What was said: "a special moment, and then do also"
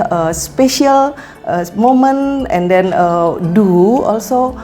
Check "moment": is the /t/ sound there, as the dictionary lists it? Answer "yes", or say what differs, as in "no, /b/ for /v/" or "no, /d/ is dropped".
no, /t/ is dropped